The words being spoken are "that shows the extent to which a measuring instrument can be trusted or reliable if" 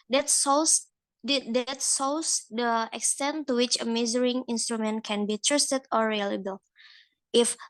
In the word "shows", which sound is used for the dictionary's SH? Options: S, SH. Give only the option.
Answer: S